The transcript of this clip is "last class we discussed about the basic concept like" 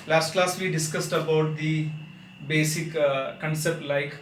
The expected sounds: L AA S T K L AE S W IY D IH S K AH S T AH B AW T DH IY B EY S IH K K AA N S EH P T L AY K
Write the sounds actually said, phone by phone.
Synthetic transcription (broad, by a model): L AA S T K L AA S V IY D IH S K AH S T AH B AW T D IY B EY S IH K K AA N S EH P T L AY K